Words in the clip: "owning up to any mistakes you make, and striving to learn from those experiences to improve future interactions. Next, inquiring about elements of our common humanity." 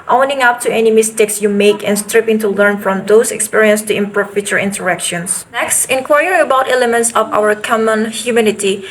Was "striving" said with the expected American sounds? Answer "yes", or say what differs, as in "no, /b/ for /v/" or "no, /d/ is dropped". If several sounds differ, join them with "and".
no, /p/ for /v/